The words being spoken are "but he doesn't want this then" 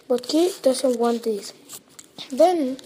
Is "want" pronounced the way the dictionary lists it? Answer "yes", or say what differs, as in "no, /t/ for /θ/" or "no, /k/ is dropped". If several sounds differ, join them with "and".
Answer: yes